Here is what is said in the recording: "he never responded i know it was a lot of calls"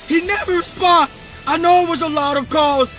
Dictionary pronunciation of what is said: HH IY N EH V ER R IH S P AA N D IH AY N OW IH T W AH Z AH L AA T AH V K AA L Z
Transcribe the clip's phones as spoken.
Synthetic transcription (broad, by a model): HH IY N EH V ER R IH S P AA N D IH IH N OW IH T W AH Z AH L AA T AH V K AA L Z